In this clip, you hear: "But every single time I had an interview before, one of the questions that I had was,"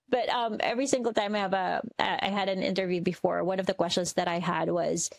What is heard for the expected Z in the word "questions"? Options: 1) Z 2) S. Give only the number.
1